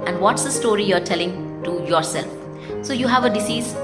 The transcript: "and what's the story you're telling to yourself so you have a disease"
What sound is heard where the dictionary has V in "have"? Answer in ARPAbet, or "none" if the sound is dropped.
V